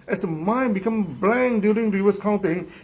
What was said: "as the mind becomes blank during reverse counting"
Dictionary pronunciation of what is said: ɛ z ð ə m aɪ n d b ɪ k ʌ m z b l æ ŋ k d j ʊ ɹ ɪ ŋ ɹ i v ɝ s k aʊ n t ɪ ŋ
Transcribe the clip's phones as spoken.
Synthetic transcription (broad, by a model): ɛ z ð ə m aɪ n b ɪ k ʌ m b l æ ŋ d j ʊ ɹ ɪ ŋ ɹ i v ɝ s k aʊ n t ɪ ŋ